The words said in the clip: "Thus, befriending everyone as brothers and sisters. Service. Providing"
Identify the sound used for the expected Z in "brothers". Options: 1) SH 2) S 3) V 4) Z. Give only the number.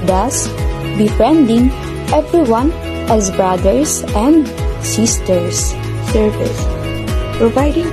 2